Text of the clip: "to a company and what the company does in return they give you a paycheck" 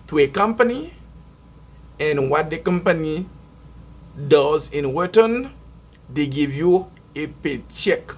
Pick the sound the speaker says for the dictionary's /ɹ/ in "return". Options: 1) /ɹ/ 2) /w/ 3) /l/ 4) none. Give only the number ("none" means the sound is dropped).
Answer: 2